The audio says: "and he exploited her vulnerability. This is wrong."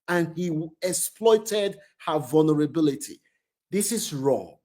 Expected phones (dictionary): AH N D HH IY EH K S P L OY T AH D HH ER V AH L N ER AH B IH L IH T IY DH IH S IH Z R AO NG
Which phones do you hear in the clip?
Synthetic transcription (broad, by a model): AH N HH IY EH K S P L OY T AH D HH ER V AH L N ER AH B IH L IH T IY DH IH S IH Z R AO NG